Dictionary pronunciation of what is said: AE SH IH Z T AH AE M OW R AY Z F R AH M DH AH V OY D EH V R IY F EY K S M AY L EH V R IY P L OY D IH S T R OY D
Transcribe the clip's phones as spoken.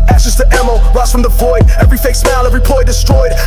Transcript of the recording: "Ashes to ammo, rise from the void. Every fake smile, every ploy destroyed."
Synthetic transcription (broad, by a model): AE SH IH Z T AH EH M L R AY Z F R AH M DH AH F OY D EH V R IY F EY K S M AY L EH V R IY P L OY D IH S T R OY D